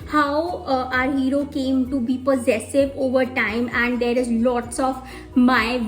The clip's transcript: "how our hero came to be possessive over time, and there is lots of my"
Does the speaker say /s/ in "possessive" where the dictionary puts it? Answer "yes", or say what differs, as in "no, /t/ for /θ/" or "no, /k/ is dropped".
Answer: yes